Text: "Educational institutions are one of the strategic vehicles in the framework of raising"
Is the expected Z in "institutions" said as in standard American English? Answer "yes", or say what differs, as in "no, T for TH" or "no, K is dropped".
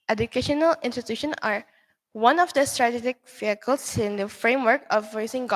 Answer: no, Z is dropped